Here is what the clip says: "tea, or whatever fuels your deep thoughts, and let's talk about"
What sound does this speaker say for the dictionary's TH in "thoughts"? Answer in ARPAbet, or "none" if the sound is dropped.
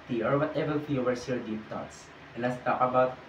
T